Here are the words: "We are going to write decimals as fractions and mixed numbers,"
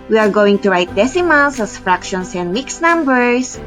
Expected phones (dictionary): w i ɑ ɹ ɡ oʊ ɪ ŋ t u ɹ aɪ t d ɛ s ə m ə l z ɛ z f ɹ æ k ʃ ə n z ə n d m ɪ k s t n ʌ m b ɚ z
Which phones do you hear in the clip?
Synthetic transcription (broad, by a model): w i ɑ ɹ ɡ oʊ ɪ ŋ t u ɹ aɪ t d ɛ s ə m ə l s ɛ s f ɹ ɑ k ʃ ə n s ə n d m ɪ k s n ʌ m b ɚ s